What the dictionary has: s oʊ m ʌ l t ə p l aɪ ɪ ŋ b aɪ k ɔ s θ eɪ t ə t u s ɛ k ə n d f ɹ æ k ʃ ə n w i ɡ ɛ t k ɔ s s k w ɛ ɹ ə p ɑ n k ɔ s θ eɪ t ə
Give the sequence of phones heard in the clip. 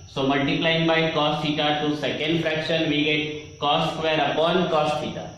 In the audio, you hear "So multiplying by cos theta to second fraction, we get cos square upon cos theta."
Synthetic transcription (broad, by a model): s oʊ m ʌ l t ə p l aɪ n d b aɪ k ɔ s f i t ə t u s ɛ k ə n d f ɹ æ k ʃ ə n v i ɡ ɛ t k ɔ s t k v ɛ ɹ ə p ɑ n k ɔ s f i t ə